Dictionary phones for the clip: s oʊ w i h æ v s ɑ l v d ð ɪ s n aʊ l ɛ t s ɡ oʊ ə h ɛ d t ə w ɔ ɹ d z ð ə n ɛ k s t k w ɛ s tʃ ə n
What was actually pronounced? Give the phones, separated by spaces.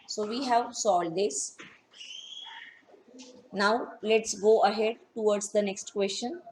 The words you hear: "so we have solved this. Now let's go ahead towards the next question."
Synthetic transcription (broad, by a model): s oʊ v i h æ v s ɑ l d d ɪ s n aʊ l ɛ t s ɡ oʊ ə h ɛ d t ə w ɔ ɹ d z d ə n ɛ k s t k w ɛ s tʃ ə n